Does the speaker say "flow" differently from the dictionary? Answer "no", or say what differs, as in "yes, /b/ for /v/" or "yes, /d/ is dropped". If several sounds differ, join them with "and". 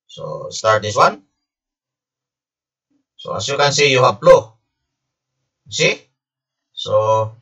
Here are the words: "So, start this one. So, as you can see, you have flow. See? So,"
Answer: yes, /p/ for /f/